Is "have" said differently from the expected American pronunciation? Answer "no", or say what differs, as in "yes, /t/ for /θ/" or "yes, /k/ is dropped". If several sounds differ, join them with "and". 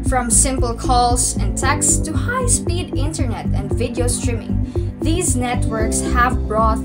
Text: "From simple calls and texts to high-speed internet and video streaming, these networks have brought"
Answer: no